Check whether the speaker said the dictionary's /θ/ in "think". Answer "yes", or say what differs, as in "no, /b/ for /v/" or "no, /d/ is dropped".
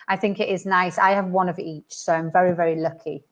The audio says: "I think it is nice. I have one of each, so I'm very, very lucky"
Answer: yes